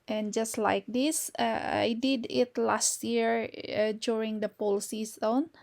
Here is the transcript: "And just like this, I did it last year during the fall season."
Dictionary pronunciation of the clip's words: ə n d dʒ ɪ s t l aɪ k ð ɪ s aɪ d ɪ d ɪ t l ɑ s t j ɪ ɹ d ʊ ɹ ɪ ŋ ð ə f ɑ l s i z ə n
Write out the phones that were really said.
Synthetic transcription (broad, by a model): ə n dʒ ɪ s t l aɪ k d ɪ s aɪ d ɪ d ɪ t l ɑ s t j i ɹ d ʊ ɹ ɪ ŋ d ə p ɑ l s i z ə n